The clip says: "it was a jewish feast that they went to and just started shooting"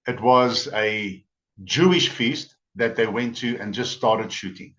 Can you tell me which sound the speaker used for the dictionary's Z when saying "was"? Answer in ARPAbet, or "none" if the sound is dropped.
Z